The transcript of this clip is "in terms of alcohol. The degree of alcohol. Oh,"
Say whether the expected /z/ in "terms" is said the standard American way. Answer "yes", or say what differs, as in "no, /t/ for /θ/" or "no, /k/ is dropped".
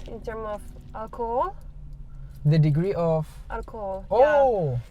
no, /z/ is dropped